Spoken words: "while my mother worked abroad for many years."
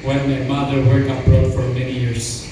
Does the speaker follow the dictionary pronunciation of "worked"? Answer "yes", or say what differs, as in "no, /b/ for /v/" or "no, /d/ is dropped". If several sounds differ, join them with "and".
no, /t/ is dropped